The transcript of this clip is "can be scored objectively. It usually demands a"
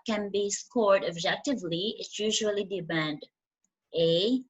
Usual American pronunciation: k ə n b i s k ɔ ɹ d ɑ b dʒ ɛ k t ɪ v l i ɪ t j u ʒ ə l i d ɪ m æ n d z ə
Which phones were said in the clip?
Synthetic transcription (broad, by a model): k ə n b i s k ɔ ɹ d ɑ b dʒ ɛ k t ɪ v l i ɪ t j u ʒ ə l i d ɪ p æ n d ə